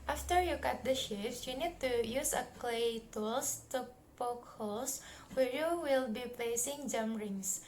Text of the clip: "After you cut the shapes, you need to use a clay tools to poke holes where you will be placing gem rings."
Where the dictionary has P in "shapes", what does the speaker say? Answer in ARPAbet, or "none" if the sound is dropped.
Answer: F